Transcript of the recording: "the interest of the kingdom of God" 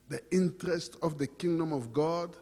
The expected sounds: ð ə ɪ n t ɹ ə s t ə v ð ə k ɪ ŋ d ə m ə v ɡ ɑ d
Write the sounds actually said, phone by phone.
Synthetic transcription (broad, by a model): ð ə ɪ n t ɹ ə s t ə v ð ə k ɪ ŋ d ə m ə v ɡ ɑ d